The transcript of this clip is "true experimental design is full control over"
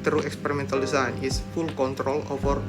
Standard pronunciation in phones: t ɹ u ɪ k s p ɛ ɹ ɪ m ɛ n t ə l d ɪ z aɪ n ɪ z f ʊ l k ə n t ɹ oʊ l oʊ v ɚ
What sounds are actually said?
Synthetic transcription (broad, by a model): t ɹ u ɪ k s p ɛ ɹ ɪ m ɛ n t ə l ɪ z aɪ n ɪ s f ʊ l k ə n t ɹ oʊ l oʊ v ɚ